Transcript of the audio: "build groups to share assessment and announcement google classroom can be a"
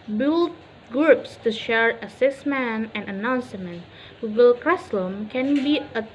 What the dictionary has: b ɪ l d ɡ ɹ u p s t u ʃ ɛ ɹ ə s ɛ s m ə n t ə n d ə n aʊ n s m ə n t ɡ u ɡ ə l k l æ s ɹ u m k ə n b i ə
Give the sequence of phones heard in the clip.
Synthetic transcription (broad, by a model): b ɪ l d ɡ ɹ u p s t u ʃ ɛ ɹ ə s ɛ s m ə n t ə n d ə n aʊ n s m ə n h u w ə l k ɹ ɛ s l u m k ə n b i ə